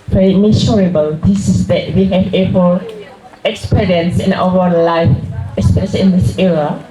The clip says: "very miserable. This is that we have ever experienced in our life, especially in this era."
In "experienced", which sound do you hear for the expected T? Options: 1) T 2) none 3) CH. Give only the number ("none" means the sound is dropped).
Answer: 2